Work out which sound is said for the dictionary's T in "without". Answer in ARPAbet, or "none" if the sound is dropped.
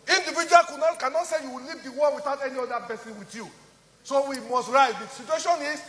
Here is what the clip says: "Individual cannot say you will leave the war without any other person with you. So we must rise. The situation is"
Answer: T